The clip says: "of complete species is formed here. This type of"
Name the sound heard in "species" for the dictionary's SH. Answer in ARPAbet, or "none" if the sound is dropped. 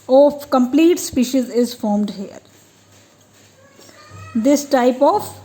SH